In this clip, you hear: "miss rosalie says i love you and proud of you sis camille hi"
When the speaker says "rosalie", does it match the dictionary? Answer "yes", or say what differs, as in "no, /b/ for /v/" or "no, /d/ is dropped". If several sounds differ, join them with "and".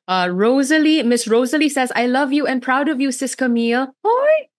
yes